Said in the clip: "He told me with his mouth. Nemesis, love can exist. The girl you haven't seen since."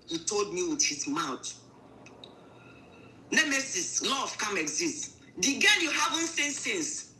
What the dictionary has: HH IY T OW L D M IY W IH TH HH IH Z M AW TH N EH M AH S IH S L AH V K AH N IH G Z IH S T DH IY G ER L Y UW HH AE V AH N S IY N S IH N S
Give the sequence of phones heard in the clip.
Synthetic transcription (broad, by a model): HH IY T OW L D M IY W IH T HH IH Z M AW T N EH M AH S IH S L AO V K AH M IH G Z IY S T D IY G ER N Y UW HH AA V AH N S IY N S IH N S